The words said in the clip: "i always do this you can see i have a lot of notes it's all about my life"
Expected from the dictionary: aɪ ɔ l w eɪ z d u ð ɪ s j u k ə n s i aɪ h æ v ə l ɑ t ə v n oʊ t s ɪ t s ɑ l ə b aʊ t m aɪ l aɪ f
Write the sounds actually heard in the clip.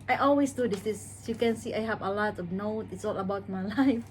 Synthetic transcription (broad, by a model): aɪ ɔ l w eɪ s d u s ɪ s j u k ə n s i aɪ h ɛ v ə l ɑ t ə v n oʊ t ɪ t s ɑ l ə b aʊ t m aɪ l aɪ f